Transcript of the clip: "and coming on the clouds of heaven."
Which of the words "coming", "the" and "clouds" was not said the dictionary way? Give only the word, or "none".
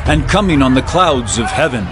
none